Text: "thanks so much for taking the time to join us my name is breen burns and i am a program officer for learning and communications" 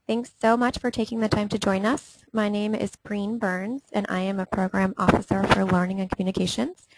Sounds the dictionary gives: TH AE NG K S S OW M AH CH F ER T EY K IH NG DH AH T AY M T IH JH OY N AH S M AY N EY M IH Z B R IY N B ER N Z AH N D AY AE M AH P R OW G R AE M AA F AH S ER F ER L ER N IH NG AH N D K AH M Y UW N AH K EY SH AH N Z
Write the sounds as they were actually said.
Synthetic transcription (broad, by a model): TH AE NG K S S OW M AH CH F ER T EY K IH NG DH AH T AY M T IH JH OY N AH S M AY N EY M IH Z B R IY N B ER N Z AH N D AY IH M AH P R OW G R AE M AA F AH S ER F ER L ER N IH NG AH N K M Y UW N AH K EY SH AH N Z